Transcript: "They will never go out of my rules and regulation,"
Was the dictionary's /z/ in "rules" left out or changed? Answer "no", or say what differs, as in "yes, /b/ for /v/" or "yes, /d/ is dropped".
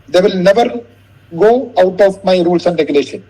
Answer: yes, /s/ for /z/